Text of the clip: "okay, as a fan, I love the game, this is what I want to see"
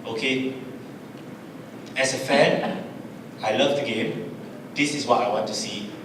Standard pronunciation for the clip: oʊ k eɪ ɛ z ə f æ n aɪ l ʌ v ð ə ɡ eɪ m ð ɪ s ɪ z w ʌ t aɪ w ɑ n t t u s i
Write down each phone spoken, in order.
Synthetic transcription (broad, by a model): oʊ k eɪ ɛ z ə f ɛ n aɪ l ʌ v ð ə ɡ eɪ m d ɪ s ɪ s w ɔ t aɪ w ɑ n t t u s i